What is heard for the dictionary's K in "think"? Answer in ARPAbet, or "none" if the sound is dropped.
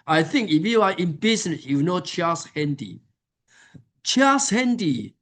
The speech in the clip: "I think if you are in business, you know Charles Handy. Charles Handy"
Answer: K